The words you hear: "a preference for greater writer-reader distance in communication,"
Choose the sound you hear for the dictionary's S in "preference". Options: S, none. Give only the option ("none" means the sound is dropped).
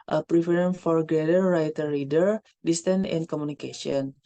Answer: none